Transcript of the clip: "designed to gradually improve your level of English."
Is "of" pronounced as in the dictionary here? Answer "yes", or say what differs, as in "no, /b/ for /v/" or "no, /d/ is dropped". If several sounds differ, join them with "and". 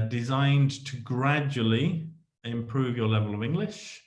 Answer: yes